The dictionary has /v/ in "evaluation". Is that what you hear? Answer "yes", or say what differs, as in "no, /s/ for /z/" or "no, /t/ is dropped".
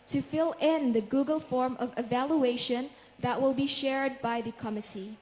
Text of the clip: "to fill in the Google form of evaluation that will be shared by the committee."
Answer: yes